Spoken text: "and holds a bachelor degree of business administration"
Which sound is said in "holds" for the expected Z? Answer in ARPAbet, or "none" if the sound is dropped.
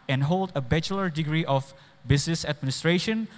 none